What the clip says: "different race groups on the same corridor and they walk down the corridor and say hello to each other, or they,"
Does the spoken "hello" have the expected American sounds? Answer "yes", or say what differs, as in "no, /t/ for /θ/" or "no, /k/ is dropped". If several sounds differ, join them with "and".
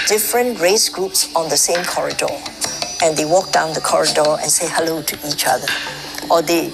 yes